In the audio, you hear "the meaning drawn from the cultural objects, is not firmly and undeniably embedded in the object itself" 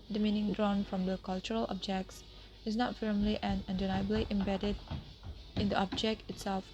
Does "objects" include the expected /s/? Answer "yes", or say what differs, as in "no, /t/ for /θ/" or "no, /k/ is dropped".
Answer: yes